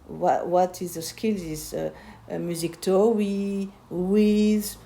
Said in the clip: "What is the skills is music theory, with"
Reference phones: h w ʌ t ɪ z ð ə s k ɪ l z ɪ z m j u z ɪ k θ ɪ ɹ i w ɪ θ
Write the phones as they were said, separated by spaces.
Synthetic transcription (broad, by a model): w w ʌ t ɪ z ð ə s k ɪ l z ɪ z m j u z ɪ k t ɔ w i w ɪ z